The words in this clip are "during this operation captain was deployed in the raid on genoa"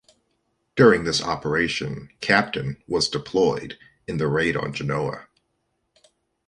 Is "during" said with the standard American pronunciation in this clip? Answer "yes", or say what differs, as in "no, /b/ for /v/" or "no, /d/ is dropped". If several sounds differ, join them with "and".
yes